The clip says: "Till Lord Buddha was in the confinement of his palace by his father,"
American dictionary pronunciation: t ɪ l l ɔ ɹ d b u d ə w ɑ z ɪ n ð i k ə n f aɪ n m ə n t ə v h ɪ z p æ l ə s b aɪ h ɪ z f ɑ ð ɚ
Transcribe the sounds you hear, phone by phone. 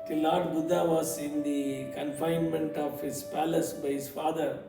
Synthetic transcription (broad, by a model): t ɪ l l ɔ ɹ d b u d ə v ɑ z ɪ n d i k ə n f aɪ n m ə n t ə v h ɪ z p æ l ə s b aɪ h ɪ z f ɑ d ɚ